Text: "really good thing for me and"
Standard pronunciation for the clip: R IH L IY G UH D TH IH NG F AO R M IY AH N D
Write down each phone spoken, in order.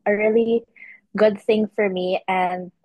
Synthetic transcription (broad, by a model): R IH L IY G UH D TH IH NG F AO R M IY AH N D